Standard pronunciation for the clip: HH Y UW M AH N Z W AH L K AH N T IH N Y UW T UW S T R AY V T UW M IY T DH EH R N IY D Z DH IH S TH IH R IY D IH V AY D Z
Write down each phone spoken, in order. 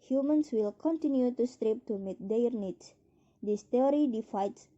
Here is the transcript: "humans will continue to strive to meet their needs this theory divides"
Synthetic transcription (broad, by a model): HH Y UW M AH N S W AH L K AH N T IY N Y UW T UW S T R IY P T UW M IY T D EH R N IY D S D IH S T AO R IY D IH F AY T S